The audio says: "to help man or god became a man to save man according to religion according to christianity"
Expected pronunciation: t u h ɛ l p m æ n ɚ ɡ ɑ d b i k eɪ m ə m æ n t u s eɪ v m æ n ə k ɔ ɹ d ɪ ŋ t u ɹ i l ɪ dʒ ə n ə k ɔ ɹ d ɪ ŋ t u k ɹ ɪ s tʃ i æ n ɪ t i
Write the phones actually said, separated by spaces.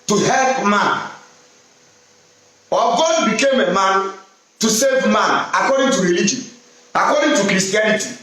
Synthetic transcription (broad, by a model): t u h ɛ l p m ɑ n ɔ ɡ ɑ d b i k eɪ m ə m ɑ n t u s eɪ v m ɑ n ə k ɔ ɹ d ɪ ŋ t u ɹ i l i dʒ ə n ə k ɔ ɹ d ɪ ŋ t u k ɹ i s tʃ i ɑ n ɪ t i